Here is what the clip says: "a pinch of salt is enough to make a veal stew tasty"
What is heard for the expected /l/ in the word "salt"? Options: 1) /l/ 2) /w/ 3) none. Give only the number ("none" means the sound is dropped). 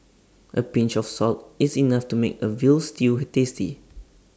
1